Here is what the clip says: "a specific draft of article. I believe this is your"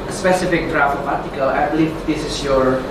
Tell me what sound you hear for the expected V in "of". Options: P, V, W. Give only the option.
P